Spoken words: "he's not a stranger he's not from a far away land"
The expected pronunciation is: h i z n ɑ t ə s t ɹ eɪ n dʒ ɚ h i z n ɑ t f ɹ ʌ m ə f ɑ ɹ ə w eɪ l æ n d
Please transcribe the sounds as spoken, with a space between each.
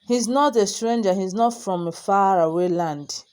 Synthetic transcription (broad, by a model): h i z n ɑ t ə s t ɹ eɪ n dʒ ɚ h i z n ɑ t f ɹ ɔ m ə f ɑ ɹ ə w eɪ l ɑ n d